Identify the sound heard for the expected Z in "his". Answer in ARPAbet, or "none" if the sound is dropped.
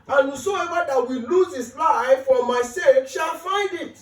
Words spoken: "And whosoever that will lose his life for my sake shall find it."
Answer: S